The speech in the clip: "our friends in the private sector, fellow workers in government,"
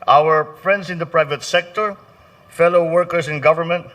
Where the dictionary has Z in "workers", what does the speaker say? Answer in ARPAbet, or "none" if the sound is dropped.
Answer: S